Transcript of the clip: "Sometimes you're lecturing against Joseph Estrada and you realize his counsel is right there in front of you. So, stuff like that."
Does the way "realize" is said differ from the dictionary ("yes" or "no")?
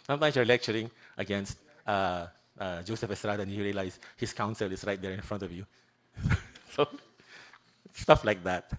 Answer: yes